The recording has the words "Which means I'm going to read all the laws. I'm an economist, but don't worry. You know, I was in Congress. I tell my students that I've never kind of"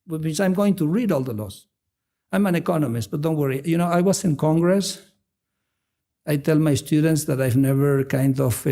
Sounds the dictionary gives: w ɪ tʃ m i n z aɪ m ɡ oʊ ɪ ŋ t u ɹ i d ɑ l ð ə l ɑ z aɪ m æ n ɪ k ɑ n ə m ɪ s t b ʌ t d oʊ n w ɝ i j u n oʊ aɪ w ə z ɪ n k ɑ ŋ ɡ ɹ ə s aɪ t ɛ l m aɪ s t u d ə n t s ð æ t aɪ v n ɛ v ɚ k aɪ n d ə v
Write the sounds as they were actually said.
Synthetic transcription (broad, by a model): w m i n s aɪ m ɡ oʊ ɪ ŋ t u ɹ i d ɑ l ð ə l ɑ s aɪ m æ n ɪ k ɑ n ə m ɪ s t b ʌ t d oʊ n w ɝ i j u n oʊ aɪ w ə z ɪ n k ɑ ŋ ɡ ɹ ə s aɪ t ɛ l m aɪ s t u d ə n t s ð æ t aɪ v n ɛ v ɚ k aɪ n d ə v